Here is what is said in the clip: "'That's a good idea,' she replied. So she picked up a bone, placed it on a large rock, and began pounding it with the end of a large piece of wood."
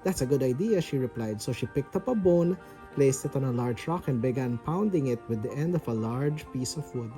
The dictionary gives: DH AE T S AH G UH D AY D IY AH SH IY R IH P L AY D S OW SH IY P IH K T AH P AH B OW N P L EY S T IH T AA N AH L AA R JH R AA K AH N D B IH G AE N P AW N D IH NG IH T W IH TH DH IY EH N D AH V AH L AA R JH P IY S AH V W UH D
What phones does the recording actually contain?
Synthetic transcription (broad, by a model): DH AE T S AH G UH D AY D IY AH SH IY R IH P L AY D S OW SH IY P IH K T AH P AH B OW N P L EY S T IH T AA N AH L AA R JH R AA K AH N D B IH G AE N P AW N D IH NG IH T W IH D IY EH N D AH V AH L AA R JH P IY S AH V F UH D